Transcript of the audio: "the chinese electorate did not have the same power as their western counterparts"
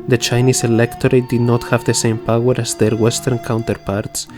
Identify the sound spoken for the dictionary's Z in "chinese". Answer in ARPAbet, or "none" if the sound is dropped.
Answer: S